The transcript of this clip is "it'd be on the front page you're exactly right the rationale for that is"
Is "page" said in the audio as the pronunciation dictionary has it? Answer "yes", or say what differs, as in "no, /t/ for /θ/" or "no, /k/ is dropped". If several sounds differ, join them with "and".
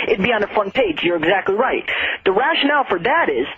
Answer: yes